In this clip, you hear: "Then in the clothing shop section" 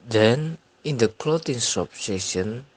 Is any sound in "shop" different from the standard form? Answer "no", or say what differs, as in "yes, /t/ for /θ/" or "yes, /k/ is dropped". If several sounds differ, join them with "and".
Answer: yes, /s/ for /ʃ/